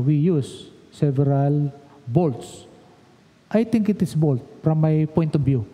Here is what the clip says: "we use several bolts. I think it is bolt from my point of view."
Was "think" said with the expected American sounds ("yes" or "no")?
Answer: no